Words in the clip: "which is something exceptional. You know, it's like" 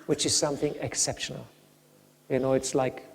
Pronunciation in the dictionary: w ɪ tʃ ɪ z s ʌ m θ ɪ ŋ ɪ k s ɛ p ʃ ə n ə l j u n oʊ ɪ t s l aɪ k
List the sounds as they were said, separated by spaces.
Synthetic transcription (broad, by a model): w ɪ tʃ ɪ z s ʌ m θ ɪ ŋ ɪ k s ɛ p ʃ ə n ə l j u n oʊ ɪ t s l aɪ k